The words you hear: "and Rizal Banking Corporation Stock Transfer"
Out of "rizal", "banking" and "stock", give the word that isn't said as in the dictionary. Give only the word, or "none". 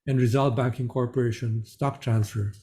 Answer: none